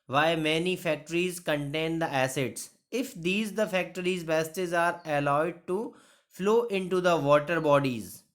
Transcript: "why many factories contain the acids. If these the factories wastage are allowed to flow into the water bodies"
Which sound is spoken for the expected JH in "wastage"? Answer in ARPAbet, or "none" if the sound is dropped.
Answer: Z